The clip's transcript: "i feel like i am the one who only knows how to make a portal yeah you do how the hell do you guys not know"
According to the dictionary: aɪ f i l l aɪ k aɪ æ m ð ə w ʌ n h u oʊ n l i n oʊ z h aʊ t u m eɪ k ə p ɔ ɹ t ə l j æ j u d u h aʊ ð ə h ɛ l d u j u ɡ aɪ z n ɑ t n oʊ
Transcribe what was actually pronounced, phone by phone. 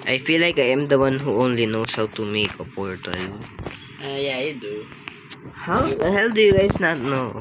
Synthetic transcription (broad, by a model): aɪ f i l l aɪ k aɪ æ m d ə w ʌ n h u oʊ n l i n oʊ s h aʊ t u m eɪ k ə p ɔ ɹ t ə l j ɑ j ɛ d u h aʊ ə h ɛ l d u j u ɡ aɪ s n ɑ t n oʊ